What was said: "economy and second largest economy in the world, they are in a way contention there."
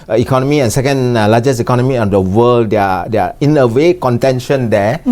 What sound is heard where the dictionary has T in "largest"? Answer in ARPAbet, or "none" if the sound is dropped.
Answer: none